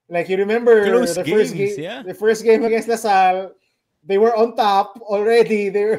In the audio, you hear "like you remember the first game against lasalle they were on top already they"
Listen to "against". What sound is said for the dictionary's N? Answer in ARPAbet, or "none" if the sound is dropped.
none